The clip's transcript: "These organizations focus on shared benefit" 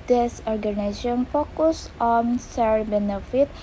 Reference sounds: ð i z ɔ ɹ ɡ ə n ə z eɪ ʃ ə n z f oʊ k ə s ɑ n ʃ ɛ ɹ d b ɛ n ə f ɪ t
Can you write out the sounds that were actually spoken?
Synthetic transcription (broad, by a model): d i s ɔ ɹ ɡ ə n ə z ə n f oʊ k ə s ɑ n s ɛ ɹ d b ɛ n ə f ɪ t